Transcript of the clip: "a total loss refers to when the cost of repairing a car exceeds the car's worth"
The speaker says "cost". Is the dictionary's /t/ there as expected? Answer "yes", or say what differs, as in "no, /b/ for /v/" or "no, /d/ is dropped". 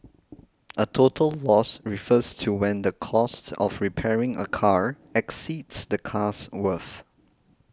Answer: yes